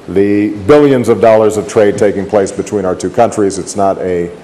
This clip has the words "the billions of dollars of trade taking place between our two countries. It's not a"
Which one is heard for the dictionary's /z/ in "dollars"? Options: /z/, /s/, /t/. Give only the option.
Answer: /z/